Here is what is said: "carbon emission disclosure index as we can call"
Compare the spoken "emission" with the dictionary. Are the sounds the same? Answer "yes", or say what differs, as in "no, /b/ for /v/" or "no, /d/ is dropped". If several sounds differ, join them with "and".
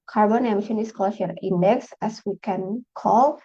yes